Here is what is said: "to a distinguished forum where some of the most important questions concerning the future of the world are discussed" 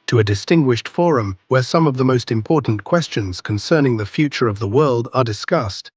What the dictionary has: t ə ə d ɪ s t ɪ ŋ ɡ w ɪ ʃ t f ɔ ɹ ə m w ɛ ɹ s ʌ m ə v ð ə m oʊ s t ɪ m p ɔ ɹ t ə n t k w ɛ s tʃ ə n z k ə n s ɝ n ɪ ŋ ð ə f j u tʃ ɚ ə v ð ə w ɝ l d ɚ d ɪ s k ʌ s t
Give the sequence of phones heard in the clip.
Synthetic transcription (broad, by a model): t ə ə d ɪ s t ɪ ŋ ɡ w ɪ ʃ t f ɔ ɹ ə m w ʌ ɹ s ʌ m ə v ð ə m oʊ s t ɪ m p ɔ ɹ t n k w ɛ s tʃ ə n z k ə n s ɝ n ɪ ŋ ð ə f j u tʃ ɚ ə v ð ə w ɝ l d ɚ d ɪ s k ʌ s t